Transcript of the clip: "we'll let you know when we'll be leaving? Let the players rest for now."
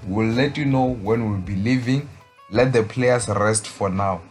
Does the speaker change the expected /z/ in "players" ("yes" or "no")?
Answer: yes